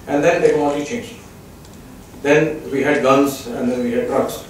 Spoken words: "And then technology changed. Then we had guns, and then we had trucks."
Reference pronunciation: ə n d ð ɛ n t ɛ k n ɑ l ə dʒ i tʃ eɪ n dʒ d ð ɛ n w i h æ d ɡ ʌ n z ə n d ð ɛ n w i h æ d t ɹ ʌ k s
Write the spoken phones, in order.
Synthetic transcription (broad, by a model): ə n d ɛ n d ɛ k ɑ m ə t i tʃ eɪ n dʒ d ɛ n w i h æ d ɡ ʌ n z ə n d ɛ n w i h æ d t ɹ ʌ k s